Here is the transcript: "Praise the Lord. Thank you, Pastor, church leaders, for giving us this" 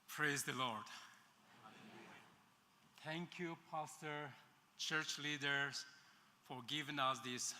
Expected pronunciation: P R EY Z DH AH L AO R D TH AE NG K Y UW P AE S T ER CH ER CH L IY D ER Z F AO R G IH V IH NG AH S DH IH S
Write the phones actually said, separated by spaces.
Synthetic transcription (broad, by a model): P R EY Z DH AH L AO R D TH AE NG K Y UW P AE S T ER CH ER CH L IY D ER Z F AO R G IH V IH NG AH S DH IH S